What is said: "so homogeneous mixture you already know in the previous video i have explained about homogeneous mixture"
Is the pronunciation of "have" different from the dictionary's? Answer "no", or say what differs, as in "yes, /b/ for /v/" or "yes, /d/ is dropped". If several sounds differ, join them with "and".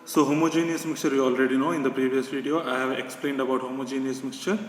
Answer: no